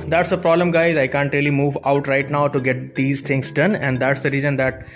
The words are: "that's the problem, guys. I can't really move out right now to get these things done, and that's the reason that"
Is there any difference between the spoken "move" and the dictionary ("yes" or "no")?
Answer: no